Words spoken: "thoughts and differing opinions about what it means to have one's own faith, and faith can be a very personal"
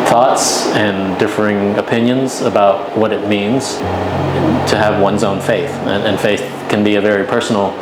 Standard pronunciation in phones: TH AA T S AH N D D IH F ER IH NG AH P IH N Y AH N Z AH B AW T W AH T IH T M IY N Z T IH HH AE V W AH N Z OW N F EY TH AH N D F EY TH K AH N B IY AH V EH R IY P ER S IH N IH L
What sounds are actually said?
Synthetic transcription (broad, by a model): TH AA T S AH N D D IH F ER IH NG AH P IH N Y AH N Z AH B AW T W AH T IH T M IY N Z T IH V W AH N Z OW N F EY TH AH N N F EY TH K AH N B IY AH V EH R IY P ER S N L